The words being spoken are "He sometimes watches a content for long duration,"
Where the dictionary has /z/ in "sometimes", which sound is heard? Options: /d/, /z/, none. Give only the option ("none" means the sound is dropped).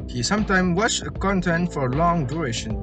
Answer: none